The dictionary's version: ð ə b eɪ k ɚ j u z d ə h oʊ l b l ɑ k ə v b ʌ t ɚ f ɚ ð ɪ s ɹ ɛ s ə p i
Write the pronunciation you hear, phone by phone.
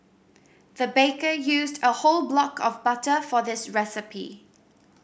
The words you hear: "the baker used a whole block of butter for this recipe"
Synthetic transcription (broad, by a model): ð ə b eɪ k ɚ j u z d ə h oʊ l b l ɑ k ə v b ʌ t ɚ f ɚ ð ɪ s ɹ ɛ s ə p i